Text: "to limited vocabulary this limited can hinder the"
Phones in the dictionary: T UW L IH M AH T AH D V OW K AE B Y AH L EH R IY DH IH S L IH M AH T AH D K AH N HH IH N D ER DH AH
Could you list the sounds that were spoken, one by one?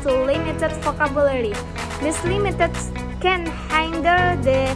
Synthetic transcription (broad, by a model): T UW L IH M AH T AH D F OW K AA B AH L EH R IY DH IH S L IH M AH T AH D K AH N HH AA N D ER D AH